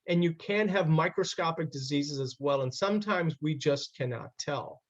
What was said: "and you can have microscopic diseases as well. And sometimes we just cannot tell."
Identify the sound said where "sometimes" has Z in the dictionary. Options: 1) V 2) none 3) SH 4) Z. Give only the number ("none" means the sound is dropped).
4